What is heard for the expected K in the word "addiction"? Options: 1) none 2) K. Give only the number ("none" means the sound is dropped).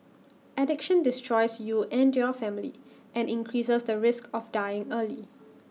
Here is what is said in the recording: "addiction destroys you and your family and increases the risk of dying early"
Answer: 2